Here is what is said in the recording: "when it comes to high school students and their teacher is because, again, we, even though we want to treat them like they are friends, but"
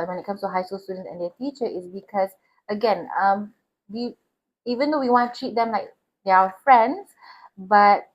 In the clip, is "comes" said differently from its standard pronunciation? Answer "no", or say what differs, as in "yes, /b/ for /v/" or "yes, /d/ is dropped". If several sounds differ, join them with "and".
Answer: yes, /s/ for /z/